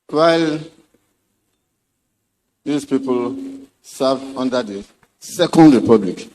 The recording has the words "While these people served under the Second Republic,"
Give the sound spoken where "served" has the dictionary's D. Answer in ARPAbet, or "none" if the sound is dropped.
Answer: none